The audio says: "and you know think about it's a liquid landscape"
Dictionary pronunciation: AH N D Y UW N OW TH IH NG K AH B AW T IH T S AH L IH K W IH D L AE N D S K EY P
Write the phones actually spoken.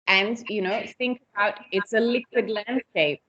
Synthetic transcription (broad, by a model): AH N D Y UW N OW TH IH NG K AH B AW T IH T S AH L IH K W IH D L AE N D S K EY P